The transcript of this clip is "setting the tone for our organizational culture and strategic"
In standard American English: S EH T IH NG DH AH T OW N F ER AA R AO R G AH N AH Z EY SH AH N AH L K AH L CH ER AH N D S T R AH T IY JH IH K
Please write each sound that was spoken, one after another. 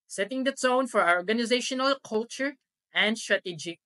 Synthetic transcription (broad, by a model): S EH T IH NG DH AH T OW N F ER AA R AO R G AH N AH Z EY SH AH N AH L K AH L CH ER AH N D S T R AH T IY JH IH